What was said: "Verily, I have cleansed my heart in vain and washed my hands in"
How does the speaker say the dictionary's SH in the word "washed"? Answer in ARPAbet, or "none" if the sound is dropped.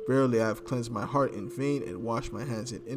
SH